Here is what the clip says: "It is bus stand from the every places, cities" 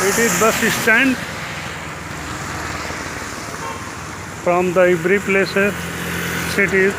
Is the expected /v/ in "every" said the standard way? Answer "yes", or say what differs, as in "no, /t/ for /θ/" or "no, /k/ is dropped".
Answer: no, /b/ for /v/